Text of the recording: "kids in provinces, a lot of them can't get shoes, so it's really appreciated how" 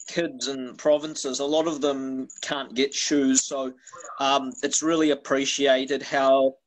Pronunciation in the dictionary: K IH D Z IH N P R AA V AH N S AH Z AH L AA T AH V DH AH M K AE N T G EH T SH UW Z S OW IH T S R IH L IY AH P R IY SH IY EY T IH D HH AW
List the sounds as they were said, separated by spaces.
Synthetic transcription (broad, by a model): K IH D Z IH N P R AA V AH N S AH Z AH L AA T AH V DH AH M K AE N G EH T SH UW Z S OW IH T S R IH L IY AH P R IY SH IY EY T IH D HH AW